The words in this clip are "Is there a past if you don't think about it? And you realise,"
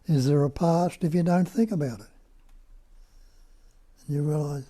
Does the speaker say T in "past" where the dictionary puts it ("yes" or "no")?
yes